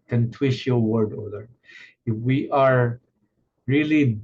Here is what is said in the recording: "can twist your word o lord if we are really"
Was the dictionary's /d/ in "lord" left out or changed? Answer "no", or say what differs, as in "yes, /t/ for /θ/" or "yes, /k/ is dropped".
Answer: yes, /d/ is dropped